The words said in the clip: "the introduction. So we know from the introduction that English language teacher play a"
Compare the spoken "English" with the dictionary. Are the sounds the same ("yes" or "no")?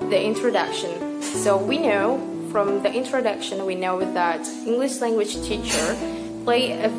yes